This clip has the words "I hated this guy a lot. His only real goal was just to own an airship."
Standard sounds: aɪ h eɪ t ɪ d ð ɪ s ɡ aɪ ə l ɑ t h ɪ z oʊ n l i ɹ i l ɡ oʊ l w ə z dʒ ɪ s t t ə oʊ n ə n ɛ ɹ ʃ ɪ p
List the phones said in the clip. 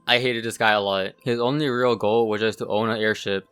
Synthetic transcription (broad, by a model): aɪ h eɪ t ɪ d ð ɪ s ɡ aɪ ə l ɑ t h ɪ z oʊ n l i ɹ i l ɡ oʊ l w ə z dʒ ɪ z t t ə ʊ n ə ɛ ɹ ʃ ɪ p